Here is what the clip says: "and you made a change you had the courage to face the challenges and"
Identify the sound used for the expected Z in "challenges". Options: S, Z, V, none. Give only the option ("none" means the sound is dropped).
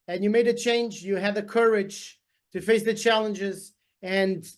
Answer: Z